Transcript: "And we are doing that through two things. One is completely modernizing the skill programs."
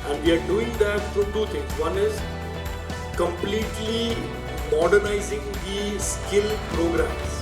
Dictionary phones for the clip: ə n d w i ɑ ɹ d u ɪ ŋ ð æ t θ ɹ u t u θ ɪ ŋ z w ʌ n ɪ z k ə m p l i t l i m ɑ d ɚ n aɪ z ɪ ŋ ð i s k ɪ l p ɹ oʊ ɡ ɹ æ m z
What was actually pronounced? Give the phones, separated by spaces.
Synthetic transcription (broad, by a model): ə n d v i ɑ ɹ d u ɪ ŋ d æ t f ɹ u t u t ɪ ŋ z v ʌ n ɪ z k ə m p l i t l i m ɑ d ɚ n aɪ z ɪ ŋ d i s k ɪ l p ɹ oʊ ɡ ɹ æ m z